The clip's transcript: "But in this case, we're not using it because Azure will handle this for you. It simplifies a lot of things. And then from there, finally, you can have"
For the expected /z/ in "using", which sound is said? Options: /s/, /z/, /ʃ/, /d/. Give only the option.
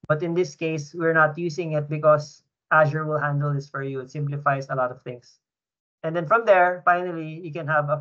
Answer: /s/